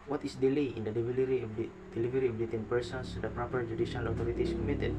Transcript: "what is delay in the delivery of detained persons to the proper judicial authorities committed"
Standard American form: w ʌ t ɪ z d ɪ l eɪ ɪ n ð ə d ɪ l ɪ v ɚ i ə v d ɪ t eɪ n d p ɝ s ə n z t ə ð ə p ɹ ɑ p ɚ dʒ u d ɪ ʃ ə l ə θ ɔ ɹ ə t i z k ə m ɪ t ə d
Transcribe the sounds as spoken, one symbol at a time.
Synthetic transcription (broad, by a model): w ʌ t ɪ s d ɪ l eɪ ɪ n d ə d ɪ l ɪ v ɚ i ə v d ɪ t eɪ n p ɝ s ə n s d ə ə p ɹ ɑ p ɚ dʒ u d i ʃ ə l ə t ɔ ɹ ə t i s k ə m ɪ t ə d